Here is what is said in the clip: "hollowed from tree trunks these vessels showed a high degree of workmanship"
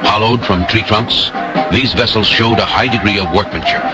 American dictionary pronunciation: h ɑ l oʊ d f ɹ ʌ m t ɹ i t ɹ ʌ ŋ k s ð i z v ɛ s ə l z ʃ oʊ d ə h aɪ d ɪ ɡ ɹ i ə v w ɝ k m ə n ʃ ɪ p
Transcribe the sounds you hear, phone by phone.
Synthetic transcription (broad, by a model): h ɑ l oʊ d f ɹ ʌ m t ɹ i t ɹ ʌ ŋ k s ð i z v ɛ s l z ʃ oʊ d ə h aɪ d ɪ ɡ ɹ i ə v w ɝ k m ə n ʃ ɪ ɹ